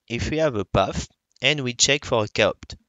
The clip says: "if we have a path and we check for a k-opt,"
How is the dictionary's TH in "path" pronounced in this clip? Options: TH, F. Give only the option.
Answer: F